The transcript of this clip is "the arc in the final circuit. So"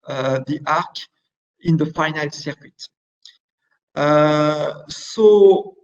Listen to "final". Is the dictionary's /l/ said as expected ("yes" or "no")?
yes